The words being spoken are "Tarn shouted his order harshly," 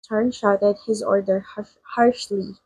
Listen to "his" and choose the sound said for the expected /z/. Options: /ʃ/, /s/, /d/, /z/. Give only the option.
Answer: /z/